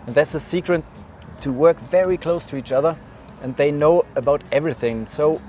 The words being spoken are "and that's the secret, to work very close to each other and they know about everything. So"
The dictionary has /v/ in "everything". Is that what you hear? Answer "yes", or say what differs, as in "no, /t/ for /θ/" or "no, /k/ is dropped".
yes